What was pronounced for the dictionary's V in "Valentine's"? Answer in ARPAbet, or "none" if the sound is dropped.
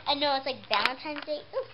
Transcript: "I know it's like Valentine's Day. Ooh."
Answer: B